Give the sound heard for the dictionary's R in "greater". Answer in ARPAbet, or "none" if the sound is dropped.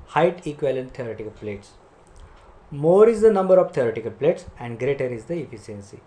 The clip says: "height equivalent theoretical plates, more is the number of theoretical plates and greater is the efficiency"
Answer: R